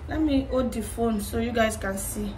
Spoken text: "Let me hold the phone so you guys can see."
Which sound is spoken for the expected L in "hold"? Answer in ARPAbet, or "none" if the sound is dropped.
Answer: none